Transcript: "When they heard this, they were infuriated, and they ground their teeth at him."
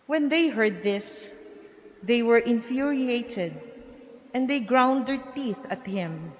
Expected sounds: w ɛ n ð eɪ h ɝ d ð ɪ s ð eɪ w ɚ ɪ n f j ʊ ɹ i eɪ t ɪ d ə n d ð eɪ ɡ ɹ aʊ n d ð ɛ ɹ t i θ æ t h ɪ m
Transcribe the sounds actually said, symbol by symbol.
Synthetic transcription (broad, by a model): w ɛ n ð eɪ h ɝ d ð ɪ s ð eɪ w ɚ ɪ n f j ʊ ɹ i eɪ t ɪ d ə n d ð eɪ ɡ ɹ aʊ n d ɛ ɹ t i θ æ t h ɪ m